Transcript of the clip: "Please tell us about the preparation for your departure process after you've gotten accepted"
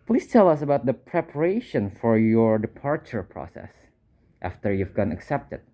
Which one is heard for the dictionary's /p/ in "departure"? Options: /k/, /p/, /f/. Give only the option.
/p/